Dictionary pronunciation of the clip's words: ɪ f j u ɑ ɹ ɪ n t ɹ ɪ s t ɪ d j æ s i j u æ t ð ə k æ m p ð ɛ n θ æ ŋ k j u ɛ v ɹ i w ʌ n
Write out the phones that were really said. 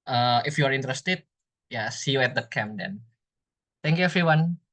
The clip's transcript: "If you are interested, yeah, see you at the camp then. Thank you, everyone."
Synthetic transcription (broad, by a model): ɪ f j u ɑ ɹ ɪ n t ɹ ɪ s t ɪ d j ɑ s i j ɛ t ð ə k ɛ m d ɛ n t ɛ ŋ k j u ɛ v ɹ i w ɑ n